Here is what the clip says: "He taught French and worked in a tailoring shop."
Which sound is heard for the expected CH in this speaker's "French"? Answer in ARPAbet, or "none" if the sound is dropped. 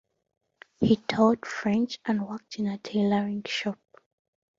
CH